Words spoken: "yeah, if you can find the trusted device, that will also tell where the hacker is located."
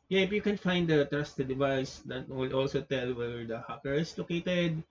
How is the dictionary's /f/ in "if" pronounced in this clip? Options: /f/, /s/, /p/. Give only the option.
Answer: /p/